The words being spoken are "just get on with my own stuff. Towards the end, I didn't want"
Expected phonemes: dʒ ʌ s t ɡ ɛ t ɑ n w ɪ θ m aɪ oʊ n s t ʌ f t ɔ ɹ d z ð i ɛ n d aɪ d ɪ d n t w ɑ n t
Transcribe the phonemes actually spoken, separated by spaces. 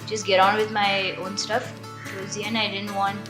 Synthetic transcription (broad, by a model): dʒ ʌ s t ɡ ɛ t ɑ n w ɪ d m aɪ oʊ n s t ʌ f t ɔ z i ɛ n aɪ d ɪ d n t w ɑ n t